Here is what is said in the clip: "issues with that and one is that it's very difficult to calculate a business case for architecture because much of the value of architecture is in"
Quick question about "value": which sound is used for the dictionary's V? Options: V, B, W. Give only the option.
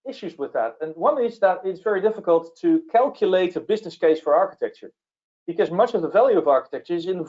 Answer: V